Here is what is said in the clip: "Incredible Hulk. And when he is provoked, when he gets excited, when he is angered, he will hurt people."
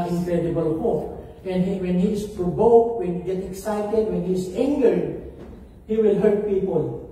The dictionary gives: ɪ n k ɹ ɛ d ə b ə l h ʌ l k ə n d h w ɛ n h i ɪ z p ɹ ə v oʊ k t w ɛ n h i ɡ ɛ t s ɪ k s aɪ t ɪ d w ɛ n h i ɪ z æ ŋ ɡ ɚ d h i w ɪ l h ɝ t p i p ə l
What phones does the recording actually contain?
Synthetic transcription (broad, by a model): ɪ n k ɹ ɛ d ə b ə l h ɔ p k ə n d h w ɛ n h i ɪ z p ɹ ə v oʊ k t w ɛ n h i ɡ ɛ t ɪ k s aɪ t ɪ d w ɛ n h i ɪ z æ ŋ ɡ ɚ d h i w ɪ l h ɝ t p i p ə l